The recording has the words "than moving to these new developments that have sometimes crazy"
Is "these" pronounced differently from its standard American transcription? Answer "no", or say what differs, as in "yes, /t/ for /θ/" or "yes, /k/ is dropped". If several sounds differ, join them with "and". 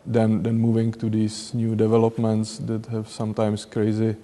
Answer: yes, /s/ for /z/